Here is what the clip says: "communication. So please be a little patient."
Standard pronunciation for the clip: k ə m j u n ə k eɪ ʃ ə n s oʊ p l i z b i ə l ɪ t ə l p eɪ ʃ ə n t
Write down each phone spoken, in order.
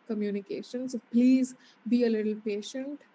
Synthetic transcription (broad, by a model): k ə m j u n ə k eɪ ʃ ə n s oʊ p l i z b i ə l ɪ t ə l p eɪ ʃ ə n t